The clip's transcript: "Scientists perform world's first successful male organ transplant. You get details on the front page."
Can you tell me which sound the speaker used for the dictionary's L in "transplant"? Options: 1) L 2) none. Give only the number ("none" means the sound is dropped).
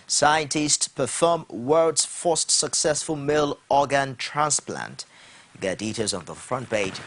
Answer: 1